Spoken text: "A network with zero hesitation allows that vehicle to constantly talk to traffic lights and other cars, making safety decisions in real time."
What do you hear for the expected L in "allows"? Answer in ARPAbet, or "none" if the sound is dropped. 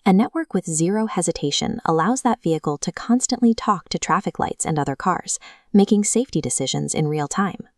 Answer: L